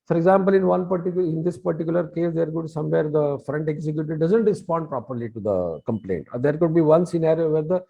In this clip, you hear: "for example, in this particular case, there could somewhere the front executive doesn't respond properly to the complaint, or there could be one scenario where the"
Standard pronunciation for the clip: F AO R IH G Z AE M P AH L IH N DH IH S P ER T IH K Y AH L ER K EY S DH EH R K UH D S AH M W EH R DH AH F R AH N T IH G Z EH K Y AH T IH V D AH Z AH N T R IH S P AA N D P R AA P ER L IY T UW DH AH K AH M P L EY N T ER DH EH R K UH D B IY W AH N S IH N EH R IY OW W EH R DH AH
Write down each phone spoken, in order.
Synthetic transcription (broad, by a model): F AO R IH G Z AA M P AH L IH N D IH S P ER T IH K Y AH L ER K EY S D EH R K UH D S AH M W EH R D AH F R AH N T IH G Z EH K Y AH T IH D AH Z AH N T R IH S P AA N D P R AA P ER L IY T UW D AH K AH M P L EY N T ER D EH R K UH D B IY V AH N S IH N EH R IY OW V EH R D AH